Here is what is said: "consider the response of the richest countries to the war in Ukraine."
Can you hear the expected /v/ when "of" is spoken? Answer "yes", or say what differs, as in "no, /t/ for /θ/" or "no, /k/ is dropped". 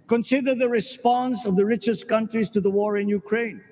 yes